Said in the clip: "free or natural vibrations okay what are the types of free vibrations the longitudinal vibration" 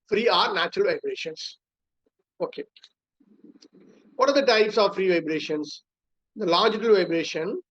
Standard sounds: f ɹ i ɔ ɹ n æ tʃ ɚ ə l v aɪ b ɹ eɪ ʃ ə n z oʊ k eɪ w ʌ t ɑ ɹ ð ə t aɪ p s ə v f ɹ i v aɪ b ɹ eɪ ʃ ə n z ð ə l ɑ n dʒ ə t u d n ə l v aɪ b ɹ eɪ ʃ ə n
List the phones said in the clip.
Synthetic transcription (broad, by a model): f ɹ i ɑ ɹ n æ tʃ ɚ ə l v aɪ b ɹ eɪ ʃ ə n s oʊ k eɪ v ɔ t ɑ ɹ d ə t aɪ p s ə v f ɹ i v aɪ b ɹ eɪ ʃ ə n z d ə l ɑ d dʒ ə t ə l v aɪ b ɹ eɪ ʃ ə n